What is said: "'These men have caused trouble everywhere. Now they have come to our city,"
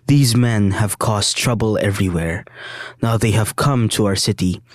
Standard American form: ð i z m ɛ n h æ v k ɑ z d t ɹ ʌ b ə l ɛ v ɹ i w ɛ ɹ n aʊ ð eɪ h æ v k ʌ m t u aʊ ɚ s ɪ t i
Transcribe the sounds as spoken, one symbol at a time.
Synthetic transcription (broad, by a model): ð i z m ɛ n h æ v k ɑ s t ɹ ʌ b ə l ɛ v ɹ i w ɛ ɹ n aʊ ð eɪ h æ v k ʌ m t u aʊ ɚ s ɪ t i